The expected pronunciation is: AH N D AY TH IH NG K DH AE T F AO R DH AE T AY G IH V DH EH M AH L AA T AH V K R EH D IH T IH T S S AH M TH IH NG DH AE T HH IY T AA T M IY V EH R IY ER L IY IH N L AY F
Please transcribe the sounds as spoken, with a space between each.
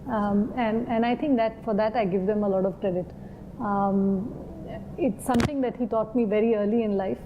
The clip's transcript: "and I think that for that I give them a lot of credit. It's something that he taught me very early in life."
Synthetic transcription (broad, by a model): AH N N AY T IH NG K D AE T F AO R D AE T AY G IH V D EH M AH L AA T AH V K R EH D IH T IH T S S AH M T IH NG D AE T HH IY T AA T M IY V EH R IY ER L IY IH N L AY F